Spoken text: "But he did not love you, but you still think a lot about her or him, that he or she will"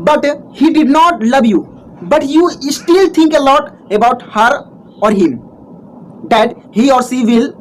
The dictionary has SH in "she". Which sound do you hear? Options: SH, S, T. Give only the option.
S